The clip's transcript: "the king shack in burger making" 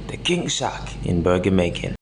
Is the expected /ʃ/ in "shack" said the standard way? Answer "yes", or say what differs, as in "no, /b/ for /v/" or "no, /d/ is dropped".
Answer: no, /s/ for /ʃ/